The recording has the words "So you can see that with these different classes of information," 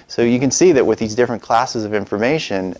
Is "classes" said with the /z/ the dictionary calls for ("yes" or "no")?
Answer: yes